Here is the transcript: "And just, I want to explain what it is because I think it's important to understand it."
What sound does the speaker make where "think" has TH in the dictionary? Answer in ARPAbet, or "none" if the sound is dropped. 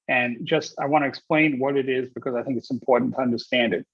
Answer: TH